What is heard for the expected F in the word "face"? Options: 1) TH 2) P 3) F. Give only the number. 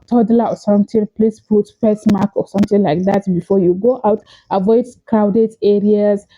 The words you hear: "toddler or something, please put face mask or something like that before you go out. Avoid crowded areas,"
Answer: 2